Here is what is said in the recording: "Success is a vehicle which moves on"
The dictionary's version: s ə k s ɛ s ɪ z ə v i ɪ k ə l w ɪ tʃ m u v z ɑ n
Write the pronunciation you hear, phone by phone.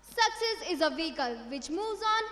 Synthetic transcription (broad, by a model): s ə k s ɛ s ɪ z ə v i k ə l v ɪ tʃ m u z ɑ n